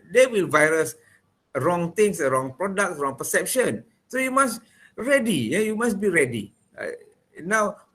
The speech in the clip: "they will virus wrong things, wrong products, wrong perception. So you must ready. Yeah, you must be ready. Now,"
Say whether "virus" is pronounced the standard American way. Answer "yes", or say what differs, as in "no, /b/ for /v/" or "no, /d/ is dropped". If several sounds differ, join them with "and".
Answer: yes